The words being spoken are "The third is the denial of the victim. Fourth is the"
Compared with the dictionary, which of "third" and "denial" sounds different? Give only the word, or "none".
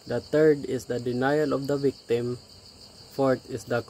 third